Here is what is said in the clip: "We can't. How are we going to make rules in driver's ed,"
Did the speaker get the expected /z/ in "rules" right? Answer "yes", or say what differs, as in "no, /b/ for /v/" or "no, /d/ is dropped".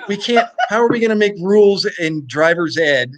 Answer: yes